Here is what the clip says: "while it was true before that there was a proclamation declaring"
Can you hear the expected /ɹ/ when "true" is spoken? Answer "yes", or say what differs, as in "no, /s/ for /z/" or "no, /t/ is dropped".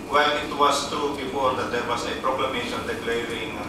no, /ɹ/ is dropped